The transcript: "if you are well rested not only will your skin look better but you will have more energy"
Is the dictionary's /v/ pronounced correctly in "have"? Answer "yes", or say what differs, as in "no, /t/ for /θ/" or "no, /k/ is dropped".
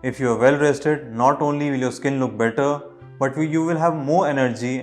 yes